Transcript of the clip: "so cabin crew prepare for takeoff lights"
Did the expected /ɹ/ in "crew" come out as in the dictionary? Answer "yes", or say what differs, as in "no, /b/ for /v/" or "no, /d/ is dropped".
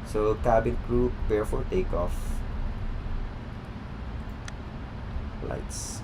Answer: yes